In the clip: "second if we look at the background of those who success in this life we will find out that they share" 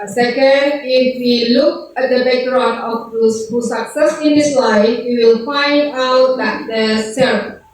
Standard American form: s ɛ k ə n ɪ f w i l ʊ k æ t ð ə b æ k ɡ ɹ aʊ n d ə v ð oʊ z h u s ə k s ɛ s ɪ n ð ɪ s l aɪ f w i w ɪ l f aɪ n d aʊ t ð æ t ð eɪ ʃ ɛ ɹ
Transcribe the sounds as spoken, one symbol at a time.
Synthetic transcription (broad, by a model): s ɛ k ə n ɪ f w i l ʊ k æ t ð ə b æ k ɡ ɹ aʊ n ə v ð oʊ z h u s ə k s ɛ s ɪ n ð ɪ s l aɪ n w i w ɪ l f aɪ n d aʊ t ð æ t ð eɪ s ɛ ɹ